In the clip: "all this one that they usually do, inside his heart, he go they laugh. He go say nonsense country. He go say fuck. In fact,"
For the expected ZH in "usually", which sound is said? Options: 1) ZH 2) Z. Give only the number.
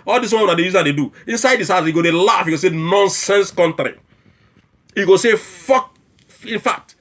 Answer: 2